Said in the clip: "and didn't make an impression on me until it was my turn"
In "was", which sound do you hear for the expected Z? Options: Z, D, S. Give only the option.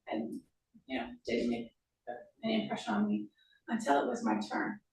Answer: Z